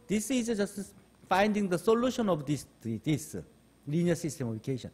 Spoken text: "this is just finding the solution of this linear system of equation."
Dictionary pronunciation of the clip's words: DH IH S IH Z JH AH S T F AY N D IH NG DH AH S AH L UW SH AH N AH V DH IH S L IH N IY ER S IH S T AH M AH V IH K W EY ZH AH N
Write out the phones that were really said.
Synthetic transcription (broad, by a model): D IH S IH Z JH AH S T F AY N D IH NG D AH S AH L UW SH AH N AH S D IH S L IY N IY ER S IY S T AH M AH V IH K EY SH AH N